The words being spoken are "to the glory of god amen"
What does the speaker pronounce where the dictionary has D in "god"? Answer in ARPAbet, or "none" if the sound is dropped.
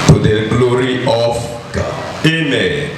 none